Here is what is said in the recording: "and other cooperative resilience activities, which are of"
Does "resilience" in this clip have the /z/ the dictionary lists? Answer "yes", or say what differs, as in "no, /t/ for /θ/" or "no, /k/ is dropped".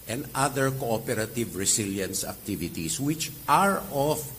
no, /s/ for /z/